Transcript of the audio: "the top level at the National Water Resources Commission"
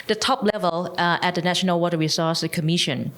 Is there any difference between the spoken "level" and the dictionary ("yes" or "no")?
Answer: no